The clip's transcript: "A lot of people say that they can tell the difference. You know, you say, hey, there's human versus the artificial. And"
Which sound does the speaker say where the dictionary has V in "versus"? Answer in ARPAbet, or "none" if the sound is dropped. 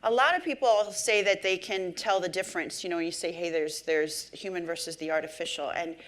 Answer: V